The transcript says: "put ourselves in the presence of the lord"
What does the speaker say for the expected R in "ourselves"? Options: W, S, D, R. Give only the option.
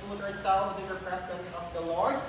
R